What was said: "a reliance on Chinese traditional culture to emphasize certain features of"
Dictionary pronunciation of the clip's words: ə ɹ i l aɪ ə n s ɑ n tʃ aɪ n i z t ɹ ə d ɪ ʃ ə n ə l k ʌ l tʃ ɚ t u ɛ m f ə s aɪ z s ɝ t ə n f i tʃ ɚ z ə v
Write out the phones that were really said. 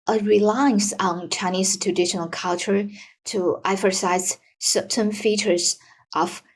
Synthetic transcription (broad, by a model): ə ɹ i l aɪ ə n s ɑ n tʃ aɪ n i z t ɹ ə d ɪ ʃ ə n ə l k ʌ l tʃ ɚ t u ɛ f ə s aɪ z s ɝ t ə n f i tʃ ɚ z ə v